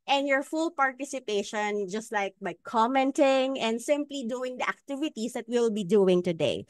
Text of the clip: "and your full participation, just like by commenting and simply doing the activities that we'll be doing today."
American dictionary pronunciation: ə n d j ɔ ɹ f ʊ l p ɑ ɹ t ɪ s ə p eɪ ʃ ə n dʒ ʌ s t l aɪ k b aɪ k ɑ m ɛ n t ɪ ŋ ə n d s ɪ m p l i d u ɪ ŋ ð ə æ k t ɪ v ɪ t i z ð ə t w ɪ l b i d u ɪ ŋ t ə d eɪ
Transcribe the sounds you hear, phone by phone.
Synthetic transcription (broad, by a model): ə n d j ɔ ɹ f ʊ l p ɑ ɹ t ɪ s ə p eɪ ʃ ə n dʒ ʌ s t l aɪ k b aɪ k ɑ m ɛ n t ɪ ŋ ə n d s ɪ m p l i d u ɪ ŋ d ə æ k t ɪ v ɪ t i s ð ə t w ɪ l b i d u ɪ ŋ t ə d eɪ